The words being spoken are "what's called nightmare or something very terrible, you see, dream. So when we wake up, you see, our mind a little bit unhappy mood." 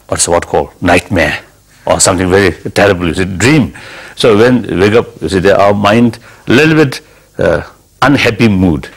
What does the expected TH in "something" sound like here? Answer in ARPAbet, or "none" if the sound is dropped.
T